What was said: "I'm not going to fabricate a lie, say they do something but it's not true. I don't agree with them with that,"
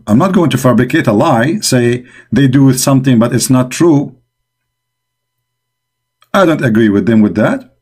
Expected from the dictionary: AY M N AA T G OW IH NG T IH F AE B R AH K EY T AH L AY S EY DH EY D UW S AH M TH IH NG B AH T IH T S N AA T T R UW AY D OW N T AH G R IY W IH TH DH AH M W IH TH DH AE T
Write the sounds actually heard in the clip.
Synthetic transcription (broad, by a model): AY M N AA T G OW IH NG T IH F AE B R AH K EY T AH L AY S EY DH EY D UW S AH M TH IH NG B AH T IH T S N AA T T R UW AY D OW N T AH G R IY W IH DH AH M W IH DH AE T